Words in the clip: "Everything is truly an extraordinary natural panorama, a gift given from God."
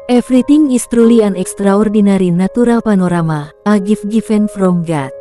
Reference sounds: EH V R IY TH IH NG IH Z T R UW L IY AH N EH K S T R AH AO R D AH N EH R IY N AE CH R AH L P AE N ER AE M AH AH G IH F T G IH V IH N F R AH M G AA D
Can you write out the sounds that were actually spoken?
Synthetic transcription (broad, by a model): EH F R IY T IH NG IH S T R UW L IY AH N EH K S T R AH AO R D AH N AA R IY N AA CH R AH L P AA N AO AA M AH AH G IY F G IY F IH N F R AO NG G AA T